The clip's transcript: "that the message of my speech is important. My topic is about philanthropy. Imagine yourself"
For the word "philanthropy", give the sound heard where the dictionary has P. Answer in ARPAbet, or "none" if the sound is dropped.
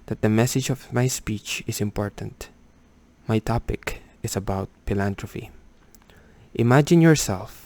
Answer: F